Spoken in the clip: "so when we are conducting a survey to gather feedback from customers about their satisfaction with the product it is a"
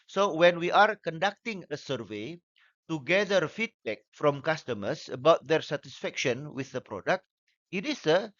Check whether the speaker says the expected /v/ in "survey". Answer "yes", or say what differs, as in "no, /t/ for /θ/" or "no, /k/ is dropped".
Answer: yes